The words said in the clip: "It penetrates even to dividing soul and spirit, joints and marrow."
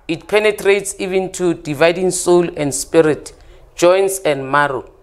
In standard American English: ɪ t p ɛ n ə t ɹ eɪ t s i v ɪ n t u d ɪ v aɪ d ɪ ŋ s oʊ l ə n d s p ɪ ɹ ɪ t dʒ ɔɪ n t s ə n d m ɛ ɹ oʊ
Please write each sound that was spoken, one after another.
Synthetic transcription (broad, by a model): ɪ t p ɛ n ə t ɹ eɪ t s i v ɪ n t u d ɪ v aɪ d ɪ ŋ s oʊ l ə n d s p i ɹ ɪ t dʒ ɔɪ n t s ə n d m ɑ ɹ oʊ